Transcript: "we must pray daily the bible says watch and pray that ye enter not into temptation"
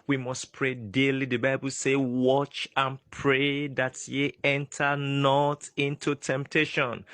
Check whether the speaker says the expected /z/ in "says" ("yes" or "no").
no